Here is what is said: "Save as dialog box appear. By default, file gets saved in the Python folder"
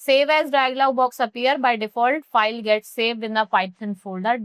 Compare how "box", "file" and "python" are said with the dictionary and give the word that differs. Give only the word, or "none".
python